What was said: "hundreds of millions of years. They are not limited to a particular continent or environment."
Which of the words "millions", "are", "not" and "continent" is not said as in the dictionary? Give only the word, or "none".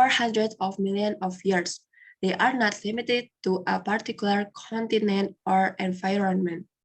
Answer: millions